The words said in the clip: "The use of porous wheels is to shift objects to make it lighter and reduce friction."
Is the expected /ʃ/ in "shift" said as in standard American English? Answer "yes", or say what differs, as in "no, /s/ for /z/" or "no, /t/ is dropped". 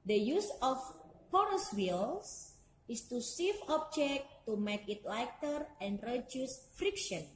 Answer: no, /s/ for /ʃ/